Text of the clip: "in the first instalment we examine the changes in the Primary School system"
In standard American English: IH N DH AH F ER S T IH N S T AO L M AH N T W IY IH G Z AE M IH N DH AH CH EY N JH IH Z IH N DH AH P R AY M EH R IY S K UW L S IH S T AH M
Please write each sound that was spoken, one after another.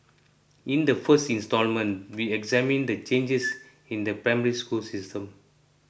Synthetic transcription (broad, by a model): IH N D AH F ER S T IH N S T AO L M AH N T W IY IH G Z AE M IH N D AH CH EY N JH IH S IH N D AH P R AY M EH R IY S K UW L S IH S T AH M